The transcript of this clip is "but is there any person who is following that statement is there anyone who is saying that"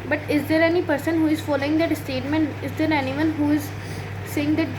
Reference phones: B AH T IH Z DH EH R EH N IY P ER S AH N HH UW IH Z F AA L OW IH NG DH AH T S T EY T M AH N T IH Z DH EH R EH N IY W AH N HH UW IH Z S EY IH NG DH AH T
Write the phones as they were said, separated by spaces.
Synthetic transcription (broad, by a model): B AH T IH Z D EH R EH N IY P ER S AH N HH UW IH Z F AA L OW IH NG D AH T S T EY T M AH N T IH Z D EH R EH N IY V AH N HH UW IH Z S EY IH NG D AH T